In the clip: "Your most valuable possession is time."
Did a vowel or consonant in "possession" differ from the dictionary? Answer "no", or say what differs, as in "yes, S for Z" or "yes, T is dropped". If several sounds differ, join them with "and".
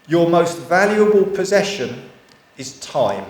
no